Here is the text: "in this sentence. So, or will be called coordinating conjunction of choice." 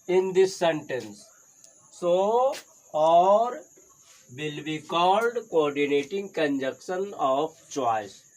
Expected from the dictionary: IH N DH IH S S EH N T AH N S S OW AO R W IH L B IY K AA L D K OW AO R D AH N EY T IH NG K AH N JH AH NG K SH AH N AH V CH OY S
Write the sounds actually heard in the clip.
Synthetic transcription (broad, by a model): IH N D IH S S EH N T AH N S S OW AO R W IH L B IY K AA L D K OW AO R D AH N EY T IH NG K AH N JH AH K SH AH N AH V CH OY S